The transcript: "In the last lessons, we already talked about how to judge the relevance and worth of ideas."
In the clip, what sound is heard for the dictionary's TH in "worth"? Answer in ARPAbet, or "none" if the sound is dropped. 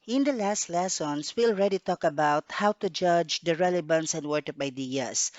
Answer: T